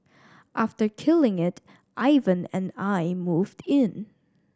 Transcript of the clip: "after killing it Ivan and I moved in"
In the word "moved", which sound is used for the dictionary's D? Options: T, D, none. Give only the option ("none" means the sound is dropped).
D